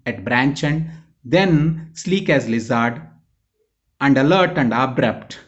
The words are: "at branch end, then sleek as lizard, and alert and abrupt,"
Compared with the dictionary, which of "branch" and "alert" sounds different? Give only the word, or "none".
none